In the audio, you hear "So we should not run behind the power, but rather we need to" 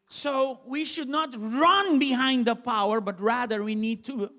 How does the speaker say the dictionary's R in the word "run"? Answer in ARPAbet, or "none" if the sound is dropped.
R